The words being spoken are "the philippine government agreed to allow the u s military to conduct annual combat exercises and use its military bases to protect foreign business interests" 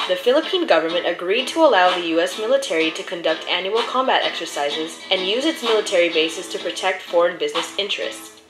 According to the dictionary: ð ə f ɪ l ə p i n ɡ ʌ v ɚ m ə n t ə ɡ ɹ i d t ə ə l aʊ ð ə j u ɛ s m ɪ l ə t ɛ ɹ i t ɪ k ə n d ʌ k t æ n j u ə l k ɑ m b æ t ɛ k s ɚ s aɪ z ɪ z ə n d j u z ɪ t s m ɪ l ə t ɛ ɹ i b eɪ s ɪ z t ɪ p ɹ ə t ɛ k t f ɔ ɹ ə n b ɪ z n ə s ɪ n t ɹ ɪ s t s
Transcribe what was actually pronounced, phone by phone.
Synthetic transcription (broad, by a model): ð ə f ɪ l ə p i n ɡ ʌ v ɚ m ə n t ə ɡ ɹ i d t ə ə l aʊ ð ə j u ɛ s m ɪ l ə t ɛ ɹ i t ɪ k ə n d ʌ k t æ n j u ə l k ɑ m b æ t ɛ k s ɚ s aɪ z ɪ z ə n j u z ɪ t s m ɪ l ə t ɛ ɹ i b eɪ s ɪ s t ɪ p ɹ ə t ɛ k t f ɔ ɹ ə n b ɪ z n ə s ɪ n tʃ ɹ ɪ s t s